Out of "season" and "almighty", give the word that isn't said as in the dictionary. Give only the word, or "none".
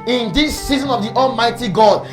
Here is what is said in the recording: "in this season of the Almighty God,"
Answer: none